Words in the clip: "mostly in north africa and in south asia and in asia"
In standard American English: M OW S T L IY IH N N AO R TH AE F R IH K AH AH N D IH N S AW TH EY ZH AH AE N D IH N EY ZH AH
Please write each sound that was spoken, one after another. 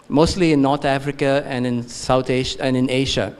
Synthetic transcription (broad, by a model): M OW S T L IY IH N N AO R T AE F R IH K AH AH N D IH N S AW T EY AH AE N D IH N EY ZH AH